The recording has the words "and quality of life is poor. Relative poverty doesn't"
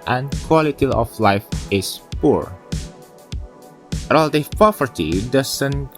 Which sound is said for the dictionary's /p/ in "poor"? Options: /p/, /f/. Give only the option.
/p/